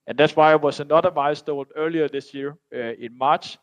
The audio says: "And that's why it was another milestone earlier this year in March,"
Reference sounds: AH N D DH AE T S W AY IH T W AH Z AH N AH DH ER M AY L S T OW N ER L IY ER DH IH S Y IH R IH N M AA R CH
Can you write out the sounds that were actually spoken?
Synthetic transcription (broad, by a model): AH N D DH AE T S W AY IH T W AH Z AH N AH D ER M AY S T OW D ER L IY ER DH IH S Y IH R IH N M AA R CH